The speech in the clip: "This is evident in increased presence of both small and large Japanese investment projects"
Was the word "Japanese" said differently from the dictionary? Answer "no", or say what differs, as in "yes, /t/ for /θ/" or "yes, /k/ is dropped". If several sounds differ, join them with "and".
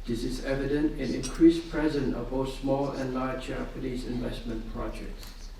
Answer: yes, /l/ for /n/